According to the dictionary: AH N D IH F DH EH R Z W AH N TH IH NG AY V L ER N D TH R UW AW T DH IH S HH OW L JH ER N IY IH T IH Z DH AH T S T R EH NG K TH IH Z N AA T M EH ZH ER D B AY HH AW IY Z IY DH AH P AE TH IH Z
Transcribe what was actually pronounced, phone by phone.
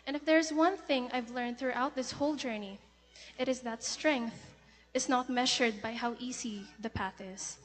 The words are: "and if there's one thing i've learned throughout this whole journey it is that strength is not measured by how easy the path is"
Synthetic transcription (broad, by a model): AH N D IH F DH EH R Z W AH N TH IH NG AY V L ER N D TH R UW AW T DH IH S HH OW L JH ER N IY IH T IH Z DH AH T S T R EH NG K TH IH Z N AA T M EH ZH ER D B AY HH AW IY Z IY DH AH P AE TH IH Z